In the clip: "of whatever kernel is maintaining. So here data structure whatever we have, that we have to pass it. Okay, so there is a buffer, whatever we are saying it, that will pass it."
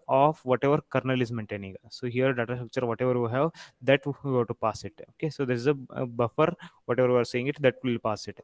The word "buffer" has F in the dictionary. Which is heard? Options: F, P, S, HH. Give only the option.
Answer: F